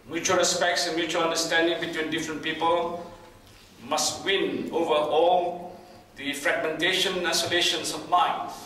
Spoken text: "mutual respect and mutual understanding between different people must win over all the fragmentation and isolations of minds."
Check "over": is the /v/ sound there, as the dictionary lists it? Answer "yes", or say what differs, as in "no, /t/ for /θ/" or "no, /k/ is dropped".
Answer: yes